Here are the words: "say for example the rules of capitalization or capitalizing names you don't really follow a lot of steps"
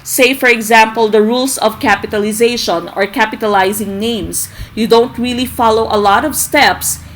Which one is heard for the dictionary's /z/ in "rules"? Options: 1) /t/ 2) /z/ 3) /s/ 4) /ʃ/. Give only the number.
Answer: 3